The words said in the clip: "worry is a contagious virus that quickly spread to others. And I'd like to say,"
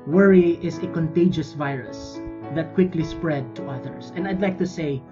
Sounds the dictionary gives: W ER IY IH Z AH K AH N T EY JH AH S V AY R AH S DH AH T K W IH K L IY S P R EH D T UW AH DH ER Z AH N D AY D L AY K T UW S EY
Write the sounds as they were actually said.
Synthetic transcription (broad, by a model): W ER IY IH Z AH K AH N T EY JH AH S V AY R AH S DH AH T K W IH K L IY S P R EH D T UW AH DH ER S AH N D AY D L AY K T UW S EY